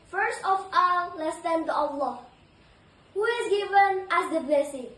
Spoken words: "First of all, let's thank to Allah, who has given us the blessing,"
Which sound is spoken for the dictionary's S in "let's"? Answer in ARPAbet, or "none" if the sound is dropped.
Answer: S